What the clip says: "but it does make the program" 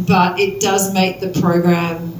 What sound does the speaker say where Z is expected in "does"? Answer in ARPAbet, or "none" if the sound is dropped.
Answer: Z